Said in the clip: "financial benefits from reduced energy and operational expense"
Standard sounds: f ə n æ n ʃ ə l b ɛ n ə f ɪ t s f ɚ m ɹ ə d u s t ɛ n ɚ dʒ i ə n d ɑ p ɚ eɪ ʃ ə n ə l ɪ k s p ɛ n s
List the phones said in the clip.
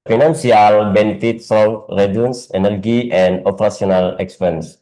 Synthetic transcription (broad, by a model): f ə n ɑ n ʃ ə l b ɛ n ə f ɪ t s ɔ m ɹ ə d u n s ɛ n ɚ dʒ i ə n d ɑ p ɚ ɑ s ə n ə l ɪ k s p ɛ n s